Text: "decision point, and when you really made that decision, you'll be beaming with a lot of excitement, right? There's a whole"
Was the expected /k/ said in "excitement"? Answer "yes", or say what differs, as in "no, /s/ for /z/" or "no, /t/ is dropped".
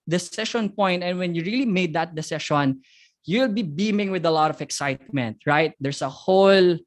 yes